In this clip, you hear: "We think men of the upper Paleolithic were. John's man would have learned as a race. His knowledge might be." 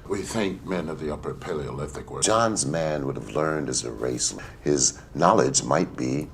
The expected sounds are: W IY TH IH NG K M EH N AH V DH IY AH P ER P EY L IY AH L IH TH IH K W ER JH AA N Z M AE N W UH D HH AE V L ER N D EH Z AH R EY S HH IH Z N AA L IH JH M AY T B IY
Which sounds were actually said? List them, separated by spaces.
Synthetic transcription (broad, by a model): W IY TH IH NG K M EH N AH V DH IY AH P ER P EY L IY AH L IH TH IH K W ER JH AA N Z M AE N W UH D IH V L ER N D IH Z AH R EY S HH IH Z N AA L IH JH M AY T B IY